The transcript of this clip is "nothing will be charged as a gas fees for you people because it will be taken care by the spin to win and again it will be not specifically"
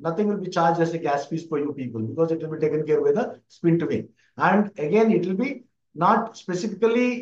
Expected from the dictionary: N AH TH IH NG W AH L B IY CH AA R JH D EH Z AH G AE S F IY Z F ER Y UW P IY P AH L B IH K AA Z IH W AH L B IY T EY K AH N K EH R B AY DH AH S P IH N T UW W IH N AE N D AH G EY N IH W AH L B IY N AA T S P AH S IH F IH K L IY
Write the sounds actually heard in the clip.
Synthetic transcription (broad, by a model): N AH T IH NG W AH L B IY CH AA R JH EH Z AH G AE S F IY S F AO Y UW P IY P AH L B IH K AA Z IH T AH L B IY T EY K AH N K EH R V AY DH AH S P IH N T UW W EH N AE N D AH G EY N IH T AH L B IY N AA T S P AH S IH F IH K L IY